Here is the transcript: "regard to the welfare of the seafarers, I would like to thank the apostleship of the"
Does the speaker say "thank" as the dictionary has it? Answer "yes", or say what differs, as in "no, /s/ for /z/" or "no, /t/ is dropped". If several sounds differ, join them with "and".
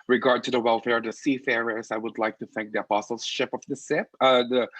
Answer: yes